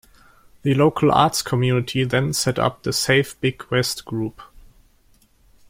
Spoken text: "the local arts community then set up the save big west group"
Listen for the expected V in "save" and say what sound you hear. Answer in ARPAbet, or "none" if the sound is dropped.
F